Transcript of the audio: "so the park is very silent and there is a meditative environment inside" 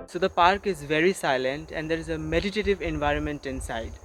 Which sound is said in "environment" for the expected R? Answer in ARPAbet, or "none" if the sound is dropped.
R